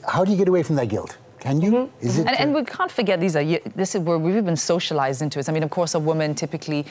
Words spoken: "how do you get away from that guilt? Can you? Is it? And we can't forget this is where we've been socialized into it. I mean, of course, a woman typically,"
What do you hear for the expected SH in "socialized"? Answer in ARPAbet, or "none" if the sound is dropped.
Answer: SH